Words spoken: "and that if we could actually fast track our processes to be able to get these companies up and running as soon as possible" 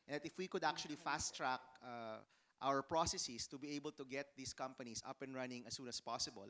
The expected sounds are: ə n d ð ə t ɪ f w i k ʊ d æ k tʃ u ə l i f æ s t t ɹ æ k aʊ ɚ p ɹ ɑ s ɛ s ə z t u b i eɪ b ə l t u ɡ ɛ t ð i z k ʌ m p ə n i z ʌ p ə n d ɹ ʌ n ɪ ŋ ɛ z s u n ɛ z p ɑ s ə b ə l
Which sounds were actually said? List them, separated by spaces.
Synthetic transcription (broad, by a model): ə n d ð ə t ɪ f w i k ʊ d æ k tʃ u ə l i f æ s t t ɹ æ k aʊ ɚ p ɹ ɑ s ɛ s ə s t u b i eɪ b ə l t u ɡ ɛ t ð i s k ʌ m p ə n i s ʌ p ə n ɹ ʌ n ɪ ŋ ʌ s u n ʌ s p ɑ s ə b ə l